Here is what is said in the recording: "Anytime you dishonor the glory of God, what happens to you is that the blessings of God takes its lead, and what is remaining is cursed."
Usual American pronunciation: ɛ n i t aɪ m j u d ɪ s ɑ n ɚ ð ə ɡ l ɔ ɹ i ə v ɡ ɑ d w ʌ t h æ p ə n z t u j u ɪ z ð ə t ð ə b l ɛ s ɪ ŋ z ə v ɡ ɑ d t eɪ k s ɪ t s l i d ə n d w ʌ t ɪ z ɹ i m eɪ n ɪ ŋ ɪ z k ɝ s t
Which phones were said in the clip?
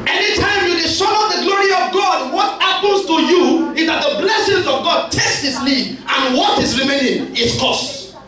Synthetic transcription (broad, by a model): ɛ n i t aɪ m j u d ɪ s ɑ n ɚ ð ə ɡ l ɔ ɹ i ə v ɡ ɑ d w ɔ t h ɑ p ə n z t u j u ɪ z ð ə t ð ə b l ɛ s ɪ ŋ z ə v ɡ ɑ d t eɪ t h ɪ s l i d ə n w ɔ t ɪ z ɹ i m eɪ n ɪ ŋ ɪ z k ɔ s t